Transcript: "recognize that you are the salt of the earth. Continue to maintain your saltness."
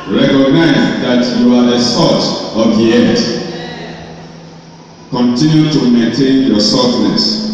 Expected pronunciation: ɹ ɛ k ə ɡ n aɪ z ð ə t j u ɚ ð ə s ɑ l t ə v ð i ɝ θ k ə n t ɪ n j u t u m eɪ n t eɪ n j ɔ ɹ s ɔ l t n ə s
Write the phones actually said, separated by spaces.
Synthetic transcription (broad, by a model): ɹ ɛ k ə ɡ n aɪ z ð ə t j u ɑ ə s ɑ t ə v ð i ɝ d k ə n t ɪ n j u t u m eɪ n t eɪ n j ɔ s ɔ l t n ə s